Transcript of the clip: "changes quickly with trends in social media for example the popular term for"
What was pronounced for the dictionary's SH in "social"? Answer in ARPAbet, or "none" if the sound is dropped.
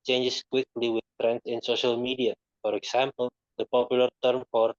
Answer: SH